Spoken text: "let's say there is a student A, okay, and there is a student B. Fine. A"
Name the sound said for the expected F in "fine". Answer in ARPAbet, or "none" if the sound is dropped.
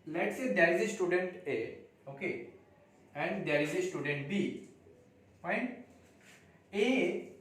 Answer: P